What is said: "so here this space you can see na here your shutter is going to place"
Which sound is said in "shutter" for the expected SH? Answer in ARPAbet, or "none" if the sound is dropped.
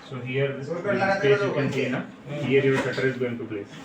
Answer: S